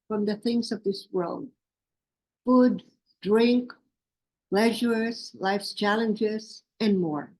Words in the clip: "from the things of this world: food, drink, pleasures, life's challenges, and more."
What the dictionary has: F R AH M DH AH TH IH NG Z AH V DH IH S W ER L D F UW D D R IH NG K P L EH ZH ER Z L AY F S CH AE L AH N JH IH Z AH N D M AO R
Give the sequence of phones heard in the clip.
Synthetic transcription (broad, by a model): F R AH M DH AH TH IH NG Z AH V DH IH S W ER L D F UW D D R IH NG K P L EH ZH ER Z L AY F S CH AE L AH N JH IH Z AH N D M AO R